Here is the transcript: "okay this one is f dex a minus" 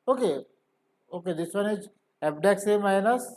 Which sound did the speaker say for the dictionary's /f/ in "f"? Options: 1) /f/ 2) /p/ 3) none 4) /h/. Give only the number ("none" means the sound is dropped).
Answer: 2